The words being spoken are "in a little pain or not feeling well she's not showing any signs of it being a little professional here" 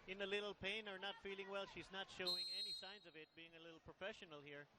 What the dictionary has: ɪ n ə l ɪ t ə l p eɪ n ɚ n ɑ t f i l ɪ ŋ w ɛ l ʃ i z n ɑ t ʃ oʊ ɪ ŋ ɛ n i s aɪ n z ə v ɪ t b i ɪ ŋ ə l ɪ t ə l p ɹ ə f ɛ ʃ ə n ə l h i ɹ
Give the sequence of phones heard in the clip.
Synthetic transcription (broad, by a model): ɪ n ə l ɪ t l p eɪ n ɚ n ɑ t f i l ɪ ŋ w ɛ l ʃ i z n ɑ t ʃ oʊ ɪ ŋ ɛ n i s aɪ n z ə v ɪ t b i ɪ ŋ ə l ɪ t l p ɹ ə f ɛ ʃ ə n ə l h i ɹ